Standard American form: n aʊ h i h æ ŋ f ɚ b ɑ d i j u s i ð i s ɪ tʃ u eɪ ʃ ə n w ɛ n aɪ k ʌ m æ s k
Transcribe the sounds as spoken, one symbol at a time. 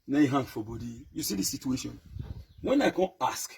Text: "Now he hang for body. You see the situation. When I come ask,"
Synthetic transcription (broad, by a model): n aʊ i h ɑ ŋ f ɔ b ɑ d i j u s i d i s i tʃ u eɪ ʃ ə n w ɛ n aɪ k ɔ ɑ s k